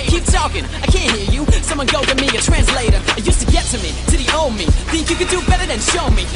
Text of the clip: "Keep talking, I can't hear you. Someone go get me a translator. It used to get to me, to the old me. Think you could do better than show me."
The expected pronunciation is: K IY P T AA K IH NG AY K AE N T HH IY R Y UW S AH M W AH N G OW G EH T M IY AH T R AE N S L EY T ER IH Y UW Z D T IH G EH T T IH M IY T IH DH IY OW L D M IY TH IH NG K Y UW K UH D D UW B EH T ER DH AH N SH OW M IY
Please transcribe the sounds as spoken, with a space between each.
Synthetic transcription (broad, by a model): K IY P T AA K IH NG AY K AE N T HH IY R Y UW S AH M W AH N G OW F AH M IY AH T R AE N S L EY T ER IH Y UW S T IH G EH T T IH M IY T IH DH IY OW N M IY TH IH NG K Y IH K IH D D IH B EH T ER DH AH N SH OW M IY